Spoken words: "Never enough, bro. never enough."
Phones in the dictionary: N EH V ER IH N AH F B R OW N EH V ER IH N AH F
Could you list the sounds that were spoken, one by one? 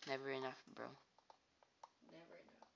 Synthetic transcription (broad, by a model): N EH V ER IH N AH F B R OW N EH V ER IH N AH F